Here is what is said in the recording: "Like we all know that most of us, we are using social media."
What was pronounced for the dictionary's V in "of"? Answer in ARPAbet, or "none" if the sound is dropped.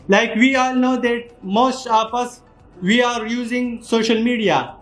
P